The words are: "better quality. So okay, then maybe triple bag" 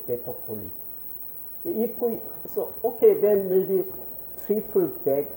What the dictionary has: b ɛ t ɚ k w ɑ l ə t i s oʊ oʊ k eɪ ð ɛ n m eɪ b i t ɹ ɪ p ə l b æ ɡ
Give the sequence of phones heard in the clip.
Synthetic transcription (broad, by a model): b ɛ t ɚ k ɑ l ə s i s oʊ oʊ k eɪ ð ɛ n m eɪ b i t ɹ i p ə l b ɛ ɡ